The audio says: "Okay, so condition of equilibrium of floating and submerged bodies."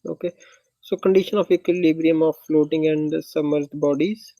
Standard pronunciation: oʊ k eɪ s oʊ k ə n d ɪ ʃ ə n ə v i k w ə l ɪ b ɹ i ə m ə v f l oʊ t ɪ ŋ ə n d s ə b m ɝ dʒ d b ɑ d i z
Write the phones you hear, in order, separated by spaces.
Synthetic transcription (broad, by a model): oʊ k eɪ s oʊ k ə n d ɪ ʃ ə n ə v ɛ k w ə l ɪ b ɹ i ə m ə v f l oʊ t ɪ ŋ ə n d s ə m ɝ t b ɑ d i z